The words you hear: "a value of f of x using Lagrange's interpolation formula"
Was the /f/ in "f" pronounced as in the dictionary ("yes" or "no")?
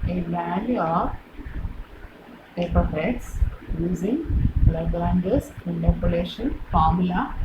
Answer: no